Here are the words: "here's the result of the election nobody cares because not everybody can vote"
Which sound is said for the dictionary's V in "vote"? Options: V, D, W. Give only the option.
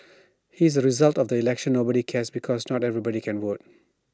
W